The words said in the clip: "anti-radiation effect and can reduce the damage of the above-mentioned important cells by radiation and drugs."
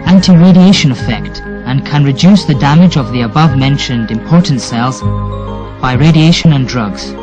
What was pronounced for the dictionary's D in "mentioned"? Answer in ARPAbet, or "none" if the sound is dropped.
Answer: D